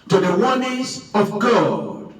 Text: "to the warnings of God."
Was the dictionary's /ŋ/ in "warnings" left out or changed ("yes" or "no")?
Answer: yes